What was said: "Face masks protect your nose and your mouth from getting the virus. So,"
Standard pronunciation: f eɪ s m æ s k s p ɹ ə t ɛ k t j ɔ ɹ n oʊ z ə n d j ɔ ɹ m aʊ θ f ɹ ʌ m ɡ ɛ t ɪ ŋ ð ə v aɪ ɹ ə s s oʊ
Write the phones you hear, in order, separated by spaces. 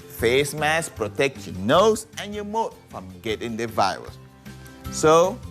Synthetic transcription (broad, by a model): f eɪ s m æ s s p ɹ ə t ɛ k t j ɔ n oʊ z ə n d j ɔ m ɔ t f ɹ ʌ m ɡ ɛ t ɪ ŋ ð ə v aɪ ɹ ə s s oʊ